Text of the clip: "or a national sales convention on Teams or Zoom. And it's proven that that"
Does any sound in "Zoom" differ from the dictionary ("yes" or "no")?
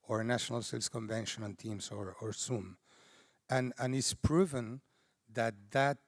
yes